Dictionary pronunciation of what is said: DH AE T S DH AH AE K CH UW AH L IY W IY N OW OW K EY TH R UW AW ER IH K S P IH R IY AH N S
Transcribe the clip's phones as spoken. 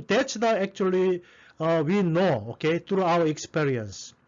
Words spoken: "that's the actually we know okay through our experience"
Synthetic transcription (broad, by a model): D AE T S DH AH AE K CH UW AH L IY W IY N OW OW K EY T R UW AW ER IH K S P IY R IY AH N S